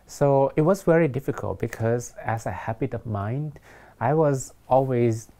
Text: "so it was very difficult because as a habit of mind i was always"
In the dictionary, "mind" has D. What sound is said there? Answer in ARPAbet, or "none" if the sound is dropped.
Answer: D